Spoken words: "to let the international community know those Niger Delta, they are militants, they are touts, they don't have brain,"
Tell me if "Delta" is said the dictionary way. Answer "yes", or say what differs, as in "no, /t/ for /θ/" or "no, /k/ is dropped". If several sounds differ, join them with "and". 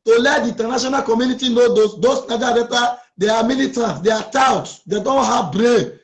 no, /l/ is dropped